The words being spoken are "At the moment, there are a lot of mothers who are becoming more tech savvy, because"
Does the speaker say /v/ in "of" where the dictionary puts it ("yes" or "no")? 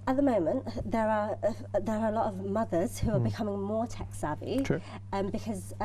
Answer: yes